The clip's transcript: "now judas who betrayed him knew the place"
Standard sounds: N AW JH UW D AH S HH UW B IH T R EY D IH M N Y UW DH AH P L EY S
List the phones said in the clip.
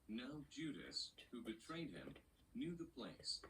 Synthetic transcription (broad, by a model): N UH JH UW D AH S HH UW B IH T R EY D IH M N Y UW DH AH P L EY S